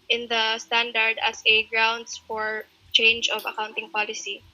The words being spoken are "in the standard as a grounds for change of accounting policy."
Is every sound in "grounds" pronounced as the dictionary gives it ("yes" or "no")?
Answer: no